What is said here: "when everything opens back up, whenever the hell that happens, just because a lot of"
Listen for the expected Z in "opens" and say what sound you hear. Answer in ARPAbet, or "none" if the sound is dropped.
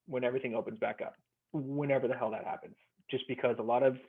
Z